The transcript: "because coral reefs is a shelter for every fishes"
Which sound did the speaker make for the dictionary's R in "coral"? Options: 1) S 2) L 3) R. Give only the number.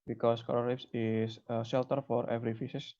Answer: 2